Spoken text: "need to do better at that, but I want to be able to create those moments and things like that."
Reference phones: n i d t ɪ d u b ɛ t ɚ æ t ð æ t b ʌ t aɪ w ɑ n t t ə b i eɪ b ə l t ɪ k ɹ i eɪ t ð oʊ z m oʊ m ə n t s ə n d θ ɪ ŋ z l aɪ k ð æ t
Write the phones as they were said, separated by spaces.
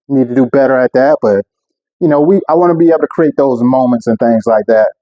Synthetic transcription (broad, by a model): n i d t ɪ d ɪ b ɛ t ɚ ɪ t ð æ t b ʌ t aɪ w ɑ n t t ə b i eɪ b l t ɪ k ɹ i eɪ t ð oʊ z m oʊ m ə n t s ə n θ ɪ ŋ z l aɪ k ð æ t